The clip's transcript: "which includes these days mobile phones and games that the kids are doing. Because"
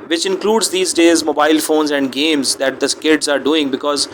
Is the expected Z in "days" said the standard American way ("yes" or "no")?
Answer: yes